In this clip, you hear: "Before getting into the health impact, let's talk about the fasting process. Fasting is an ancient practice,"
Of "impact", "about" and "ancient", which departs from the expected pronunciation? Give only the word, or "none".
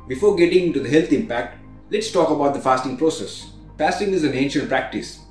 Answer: none